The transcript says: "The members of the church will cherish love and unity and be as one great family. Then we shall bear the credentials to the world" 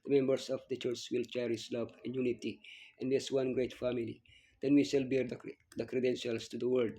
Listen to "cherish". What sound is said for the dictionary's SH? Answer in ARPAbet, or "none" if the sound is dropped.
S